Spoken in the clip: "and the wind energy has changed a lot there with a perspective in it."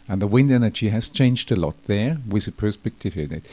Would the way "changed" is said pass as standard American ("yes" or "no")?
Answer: yes